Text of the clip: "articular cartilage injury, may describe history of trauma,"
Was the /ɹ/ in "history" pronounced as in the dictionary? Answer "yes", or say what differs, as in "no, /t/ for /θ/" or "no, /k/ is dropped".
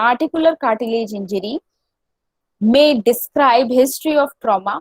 yes